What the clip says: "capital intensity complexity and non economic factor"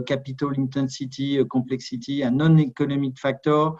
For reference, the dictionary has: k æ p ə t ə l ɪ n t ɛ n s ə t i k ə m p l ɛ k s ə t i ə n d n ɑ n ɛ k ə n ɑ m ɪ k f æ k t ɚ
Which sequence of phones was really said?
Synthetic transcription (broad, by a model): k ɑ p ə t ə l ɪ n t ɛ s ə t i k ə p l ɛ k s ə t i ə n n ɑ n ɛ k ə n ɑ m ɪ k f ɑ k t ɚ